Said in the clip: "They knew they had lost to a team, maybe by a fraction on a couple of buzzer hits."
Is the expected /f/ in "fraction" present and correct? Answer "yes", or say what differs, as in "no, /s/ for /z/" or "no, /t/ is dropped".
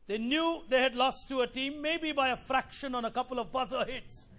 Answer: yes